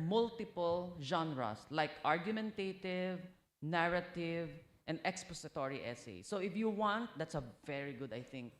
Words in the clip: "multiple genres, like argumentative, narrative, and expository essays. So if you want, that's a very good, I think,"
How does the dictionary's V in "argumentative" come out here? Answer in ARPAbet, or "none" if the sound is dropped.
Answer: V